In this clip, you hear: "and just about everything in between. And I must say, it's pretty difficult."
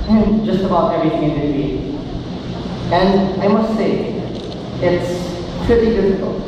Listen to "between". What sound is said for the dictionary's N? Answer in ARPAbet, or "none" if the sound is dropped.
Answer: none